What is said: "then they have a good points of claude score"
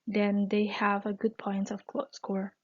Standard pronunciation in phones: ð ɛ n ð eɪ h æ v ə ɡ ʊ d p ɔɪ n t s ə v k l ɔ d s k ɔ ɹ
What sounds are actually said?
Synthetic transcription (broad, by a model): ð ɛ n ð eɪ h æ v ə ɡ ʊ d p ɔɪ n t ə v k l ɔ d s k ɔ ɹ